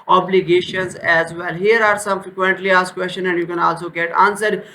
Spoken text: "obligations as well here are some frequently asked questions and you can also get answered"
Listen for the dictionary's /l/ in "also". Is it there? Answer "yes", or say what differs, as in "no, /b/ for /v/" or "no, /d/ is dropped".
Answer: yes